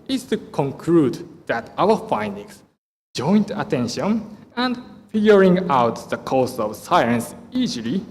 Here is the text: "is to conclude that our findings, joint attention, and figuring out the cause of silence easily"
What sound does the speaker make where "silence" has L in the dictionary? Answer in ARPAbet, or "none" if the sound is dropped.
none